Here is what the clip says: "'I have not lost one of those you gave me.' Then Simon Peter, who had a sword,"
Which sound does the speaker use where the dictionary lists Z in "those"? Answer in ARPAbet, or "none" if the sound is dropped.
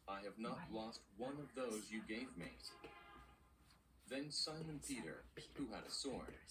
Z